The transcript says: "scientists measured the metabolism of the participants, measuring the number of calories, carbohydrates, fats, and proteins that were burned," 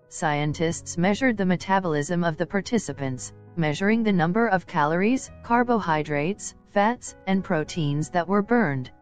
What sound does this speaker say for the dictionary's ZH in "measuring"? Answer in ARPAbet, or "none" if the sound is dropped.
ZH